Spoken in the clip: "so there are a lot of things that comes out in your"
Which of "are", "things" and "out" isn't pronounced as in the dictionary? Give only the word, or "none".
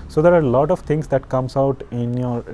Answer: things